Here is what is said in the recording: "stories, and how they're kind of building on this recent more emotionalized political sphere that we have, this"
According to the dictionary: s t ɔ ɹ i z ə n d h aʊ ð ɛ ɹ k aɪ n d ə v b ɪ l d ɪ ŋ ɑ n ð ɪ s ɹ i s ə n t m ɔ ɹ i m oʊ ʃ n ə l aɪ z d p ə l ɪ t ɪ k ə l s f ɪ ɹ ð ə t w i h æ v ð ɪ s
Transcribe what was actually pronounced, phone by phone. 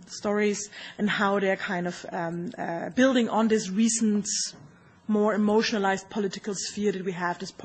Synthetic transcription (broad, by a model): s t ɔ ɹ i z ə n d h aʊ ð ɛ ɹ k aɪ n d ə v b ɪ l d ɪ ŋ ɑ n ð ɪ s ɹ i s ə n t m ɔ ɹ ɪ m oʊ ʃ n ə l aɪ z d p ə l ɪ t ɪ k ə l s f ɪ ɹ ð ə t w i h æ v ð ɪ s